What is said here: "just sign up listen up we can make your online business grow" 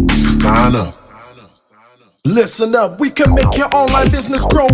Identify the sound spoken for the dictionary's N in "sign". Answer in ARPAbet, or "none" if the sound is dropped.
L